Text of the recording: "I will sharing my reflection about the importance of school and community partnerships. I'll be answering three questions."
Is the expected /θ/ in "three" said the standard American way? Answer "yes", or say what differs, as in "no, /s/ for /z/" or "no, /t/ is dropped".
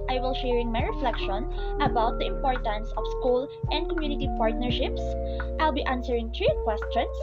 no, /t/ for /θ/